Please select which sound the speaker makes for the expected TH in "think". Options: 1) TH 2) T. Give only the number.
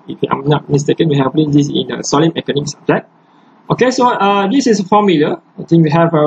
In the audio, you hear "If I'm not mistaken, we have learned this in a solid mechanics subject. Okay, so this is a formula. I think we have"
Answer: 2